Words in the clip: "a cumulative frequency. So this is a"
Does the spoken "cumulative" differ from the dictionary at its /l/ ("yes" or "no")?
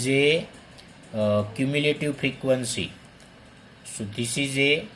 no